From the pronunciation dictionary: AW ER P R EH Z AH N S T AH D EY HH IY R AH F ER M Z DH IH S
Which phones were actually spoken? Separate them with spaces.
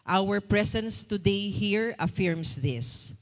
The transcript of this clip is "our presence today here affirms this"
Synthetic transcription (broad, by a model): AW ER P R EH S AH N S T AH D EY HH IY R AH F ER M S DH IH S